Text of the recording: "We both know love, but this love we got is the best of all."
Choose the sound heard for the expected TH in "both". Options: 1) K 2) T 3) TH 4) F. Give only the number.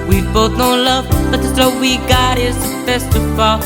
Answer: 3